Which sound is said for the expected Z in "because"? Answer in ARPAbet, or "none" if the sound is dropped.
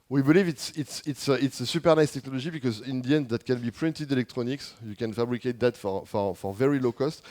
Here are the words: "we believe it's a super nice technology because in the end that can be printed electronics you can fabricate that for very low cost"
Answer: Z